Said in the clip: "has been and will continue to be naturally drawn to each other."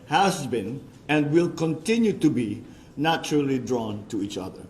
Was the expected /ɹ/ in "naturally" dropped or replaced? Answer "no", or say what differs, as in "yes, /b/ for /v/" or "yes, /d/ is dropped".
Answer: no